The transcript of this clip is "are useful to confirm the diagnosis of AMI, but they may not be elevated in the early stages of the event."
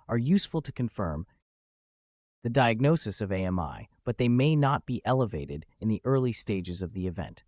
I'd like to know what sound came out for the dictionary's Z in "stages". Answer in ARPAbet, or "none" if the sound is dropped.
Z